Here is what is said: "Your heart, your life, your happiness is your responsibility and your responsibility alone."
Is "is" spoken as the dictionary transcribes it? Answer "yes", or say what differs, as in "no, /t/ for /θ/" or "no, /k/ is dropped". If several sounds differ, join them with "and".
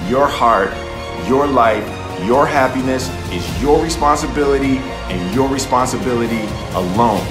yes